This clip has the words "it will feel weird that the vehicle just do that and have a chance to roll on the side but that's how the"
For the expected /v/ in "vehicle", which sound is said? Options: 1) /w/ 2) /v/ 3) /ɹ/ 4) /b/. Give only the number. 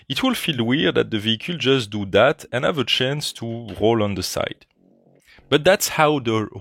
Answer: 2